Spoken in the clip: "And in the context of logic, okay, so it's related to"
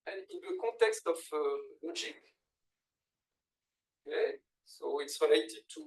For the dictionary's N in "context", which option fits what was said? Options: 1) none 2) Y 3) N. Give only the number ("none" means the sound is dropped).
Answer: 1